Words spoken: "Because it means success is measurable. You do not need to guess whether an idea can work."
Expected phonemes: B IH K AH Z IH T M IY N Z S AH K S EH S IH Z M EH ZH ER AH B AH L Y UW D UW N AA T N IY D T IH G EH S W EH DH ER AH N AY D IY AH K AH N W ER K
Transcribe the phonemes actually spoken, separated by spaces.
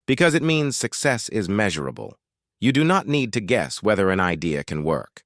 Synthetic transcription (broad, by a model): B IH K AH Z IH T M IY N Z S AH K S EH S IH Z M EH ZH ER AH B AH L Y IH D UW N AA T N IY D T IH G EH S W EH DH ER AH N AY D IY AH K AH N W ER K